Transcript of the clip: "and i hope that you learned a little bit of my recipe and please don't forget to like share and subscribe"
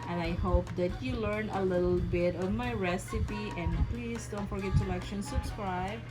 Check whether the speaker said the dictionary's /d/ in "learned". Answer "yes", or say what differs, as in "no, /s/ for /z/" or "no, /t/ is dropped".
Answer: no, /d/ is dropped